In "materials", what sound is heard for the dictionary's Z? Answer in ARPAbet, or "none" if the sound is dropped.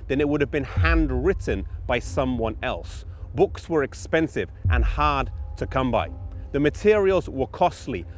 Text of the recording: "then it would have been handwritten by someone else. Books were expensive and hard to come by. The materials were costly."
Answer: Z